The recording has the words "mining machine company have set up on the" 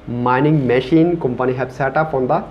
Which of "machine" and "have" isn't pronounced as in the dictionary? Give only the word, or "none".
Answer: have